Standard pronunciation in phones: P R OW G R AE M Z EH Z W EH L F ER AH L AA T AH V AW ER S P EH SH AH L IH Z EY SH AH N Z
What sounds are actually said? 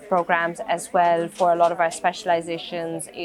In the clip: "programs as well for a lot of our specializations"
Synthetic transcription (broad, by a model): P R OW G R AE M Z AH Z W EH L F ER AH L AA T AH V AW ER S P EH SH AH L IH Z EY SH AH N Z